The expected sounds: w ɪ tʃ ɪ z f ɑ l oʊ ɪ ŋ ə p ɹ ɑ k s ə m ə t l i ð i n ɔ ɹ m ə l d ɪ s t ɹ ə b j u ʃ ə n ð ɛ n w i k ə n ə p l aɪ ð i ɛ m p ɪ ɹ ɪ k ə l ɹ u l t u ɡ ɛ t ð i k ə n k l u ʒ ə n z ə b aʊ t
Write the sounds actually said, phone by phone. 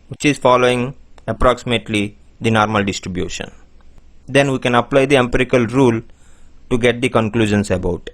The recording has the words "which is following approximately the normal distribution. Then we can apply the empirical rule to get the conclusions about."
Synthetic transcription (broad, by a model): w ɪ tʃ ɪ z f ɑ l oʊ ɪ ŋ ə p ɹ ɑ k s ə m ə t l i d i n ɔ ɹ m ə l d ɪ s t ɹ ə b j u ʃ ə n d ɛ n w i k ə n ə p l aɪ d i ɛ m p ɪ ɹ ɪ k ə l ɹ u l t u ɡ ɛ t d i k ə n k l u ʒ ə n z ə b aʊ t